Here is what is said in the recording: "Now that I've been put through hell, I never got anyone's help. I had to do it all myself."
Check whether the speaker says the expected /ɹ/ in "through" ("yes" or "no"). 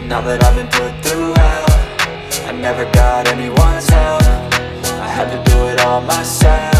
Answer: yes